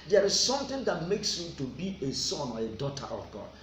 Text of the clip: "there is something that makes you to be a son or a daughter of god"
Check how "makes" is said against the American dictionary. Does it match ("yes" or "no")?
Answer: yes